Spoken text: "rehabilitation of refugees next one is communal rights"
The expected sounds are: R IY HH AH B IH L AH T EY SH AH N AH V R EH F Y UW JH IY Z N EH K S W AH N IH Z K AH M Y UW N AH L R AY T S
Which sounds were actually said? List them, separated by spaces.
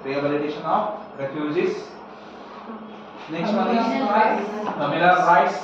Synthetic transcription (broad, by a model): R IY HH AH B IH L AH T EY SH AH N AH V R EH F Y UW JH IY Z N EH K S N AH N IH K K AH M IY L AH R AY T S